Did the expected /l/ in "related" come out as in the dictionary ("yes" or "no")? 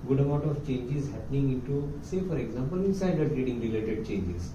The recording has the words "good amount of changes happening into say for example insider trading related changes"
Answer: yes